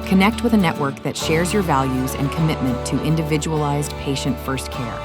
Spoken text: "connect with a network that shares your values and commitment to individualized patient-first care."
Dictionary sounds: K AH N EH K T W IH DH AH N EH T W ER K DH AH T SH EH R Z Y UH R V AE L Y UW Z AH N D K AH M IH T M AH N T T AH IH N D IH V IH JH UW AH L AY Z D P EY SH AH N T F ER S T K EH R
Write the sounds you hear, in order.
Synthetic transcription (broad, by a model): K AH N EH K T W IH DH AH N EH T W ER K DH AH T SH EH R Z Y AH R V AE L Y UW Z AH N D K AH M IH T M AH N T T IH N D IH V IH JH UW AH L AY Z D P EY SH AH N T F ER S T K EH R